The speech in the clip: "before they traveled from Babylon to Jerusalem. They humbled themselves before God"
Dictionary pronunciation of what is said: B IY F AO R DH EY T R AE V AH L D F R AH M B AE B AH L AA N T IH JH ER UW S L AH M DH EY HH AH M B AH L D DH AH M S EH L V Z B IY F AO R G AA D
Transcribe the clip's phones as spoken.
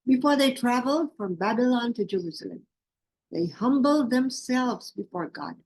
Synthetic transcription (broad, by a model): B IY F AO R DH EY T R AE V AH L D F R AH M B AE B AH L AA N T IH JH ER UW S L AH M DH EY HH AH M B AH L D DH AH M S EH L V Z B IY F AO R G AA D